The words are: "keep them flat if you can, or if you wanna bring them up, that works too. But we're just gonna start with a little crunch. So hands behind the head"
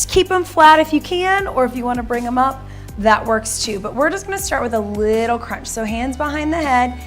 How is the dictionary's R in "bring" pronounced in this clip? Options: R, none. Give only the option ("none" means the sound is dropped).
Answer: R